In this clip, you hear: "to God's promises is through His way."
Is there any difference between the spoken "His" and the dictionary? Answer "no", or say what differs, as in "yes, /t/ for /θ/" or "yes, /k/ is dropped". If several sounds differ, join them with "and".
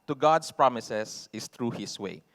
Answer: yes, /s/ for /z/